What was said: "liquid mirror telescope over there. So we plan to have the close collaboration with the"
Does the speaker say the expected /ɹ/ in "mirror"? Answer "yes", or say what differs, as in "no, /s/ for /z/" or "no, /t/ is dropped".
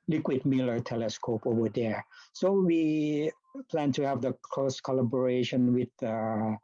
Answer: no, /l/ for /ɹ/